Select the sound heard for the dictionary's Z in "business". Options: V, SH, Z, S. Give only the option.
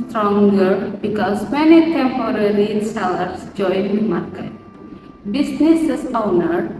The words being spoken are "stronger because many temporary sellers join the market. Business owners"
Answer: S